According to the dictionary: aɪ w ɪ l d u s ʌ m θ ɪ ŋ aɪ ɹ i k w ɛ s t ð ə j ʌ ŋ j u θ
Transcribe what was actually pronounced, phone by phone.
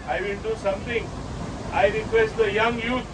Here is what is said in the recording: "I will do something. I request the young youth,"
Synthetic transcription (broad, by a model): aɪ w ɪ n d u s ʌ m t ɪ ŋ aɪ ɹ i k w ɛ s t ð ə j ʌ ŋ j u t